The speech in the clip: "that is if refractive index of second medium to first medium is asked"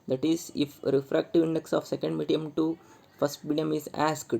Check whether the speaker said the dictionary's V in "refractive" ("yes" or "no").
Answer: yes